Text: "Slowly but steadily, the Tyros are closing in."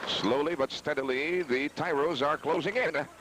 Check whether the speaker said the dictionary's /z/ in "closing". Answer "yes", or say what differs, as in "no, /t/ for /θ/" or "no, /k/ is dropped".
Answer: yes